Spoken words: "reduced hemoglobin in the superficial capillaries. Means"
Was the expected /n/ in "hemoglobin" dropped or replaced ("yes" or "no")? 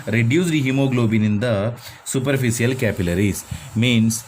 no